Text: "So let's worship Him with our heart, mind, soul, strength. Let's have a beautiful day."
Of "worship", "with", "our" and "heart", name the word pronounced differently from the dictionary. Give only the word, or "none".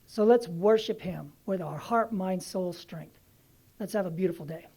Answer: none